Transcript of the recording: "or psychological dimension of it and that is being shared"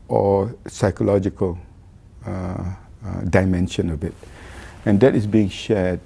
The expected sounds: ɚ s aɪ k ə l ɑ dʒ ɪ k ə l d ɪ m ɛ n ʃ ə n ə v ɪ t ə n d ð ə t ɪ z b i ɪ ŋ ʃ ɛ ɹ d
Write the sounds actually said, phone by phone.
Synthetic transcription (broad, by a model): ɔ s aɪ k ə l ɑ dʒ ɪ k ə l d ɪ m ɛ n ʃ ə n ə b ɪ t ə n d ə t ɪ s b i ɪ ŋ ʃ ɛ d